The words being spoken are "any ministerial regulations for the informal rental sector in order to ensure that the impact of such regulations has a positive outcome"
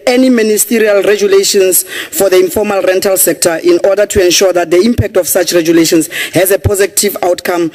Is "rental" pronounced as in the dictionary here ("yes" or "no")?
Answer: yes